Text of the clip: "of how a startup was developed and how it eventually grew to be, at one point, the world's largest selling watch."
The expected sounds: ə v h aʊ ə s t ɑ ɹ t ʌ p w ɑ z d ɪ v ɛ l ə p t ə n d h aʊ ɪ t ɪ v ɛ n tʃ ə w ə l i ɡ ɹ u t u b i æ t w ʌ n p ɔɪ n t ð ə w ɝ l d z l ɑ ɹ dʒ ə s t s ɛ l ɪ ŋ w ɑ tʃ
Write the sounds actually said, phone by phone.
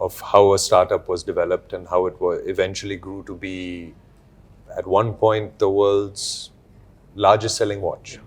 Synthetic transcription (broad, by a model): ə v h aʊ ə s t ɑ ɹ t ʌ p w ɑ z d ɪ v ɛ l ə p t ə n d h aʊ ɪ t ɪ v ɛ n tʃ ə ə l i ɡ ɹ u t u b i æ t w ʌ n p ɔɪ n t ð ə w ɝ l d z l ɑ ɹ dʒ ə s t s ɛ l ɪ ŋ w ɑ tʃ